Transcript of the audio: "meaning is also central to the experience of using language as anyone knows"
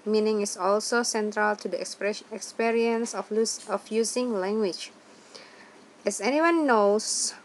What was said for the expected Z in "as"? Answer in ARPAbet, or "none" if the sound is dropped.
S